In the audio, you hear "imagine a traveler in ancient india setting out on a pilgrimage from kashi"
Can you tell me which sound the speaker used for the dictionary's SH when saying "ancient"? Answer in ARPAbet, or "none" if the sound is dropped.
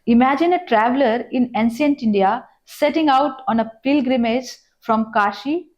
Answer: S